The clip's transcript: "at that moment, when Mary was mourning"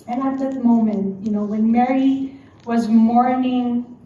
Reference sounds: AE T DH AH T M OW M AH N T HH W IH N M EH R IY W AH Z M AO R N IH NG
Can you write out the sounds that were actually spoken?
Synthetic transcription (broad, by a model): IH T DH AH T M OW M AH N T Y W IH N M EH R IY W AH Z M AO R N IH NG